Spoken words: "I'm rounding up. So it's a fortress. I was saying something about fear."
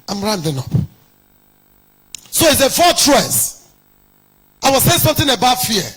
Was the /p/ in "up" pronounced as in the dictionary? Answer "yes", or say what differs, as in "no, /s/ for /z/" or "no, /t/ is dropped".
yes